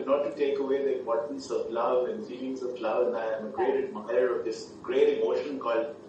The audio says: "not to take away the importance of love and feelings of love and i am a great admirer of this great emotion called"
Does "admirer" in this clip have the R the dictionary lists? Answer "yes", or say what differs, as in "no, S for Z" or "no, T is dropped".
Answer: no, R is dropped